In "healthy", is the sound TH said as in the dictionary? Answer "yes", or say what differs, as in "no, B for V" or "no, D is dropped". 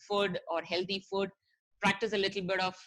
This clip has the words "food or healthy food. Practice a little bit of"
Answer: no, T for TH